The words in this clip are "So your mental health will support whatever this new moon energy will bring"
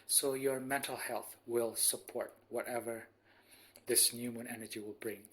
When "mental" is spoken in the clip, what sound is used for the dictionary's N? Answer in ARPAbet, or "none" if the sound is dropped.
N